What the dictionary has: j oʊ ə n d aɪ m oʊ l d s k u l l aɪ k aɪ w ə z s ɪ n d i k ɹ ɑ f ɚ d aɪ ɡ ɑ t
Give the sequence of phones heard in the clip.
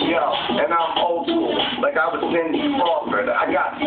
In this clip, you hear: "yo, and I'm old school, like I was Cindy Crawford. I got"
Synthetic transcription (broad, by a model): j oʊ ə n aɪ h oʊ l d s u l l aɪ k aɪ w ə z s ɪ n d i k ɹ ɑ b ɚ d aɪ ɡ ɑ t